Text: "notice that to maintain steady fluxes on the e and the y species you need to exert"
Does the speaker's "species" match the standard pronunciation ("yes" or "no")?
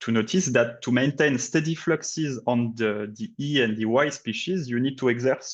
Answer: yes